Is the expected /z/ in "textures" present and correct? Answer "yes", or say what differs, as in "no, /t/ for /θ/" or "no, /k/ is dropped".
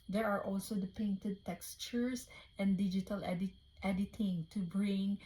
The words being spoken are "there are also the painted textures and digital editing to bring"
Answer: no, /s/ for /z/